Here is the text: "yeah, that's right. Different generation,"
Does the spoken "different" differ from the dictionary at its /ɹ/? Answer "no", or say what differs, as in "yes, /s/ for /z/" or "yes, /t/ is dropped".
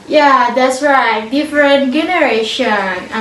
no